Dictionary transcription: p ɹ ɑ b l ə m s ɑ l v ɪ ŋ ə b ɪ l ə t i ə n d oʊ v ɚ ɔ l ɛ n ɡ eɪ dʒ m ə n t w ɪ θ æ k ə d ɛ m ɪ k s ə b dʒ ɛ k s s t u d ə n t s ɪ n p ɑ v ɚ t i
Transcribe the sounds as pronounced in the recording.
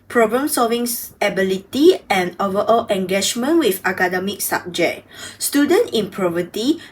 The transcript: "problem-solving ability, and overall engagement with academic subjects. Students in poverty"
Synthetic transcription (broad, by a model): p ɹ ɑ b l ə m s ɑ l v ɪ ŋ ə b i l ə t i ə n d oʊ v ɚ ɔ l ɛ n ɡ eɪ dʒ m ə n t w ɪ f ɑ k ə d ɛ m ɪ k s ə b dʒ ɛ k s s t u d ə n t ɪ n p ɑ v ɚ t i